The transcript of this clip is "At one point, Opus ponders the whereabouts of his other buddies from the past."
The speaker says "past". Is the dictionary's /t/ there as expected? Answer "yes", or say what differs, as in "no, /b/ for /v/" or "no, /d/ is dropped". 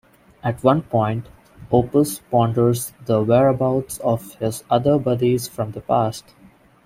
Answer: yes